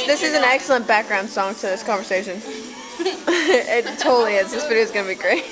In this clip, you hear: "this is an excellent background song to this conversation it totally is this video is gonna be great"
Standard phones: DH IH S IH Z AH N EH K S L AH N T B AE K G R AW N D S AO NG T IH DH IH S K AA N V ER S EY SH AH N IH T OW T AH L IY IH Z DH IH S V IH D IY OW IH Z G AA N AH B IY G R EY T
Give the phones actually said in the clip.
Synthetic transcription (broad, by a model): DH IH S IH Z N EH K S L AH N B AE K G R AW N D S AO NG T IH DH IH S K AA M V ER S EY SH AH N IH T OW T L IY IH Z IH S F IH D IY IH Z G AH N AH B IY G R EY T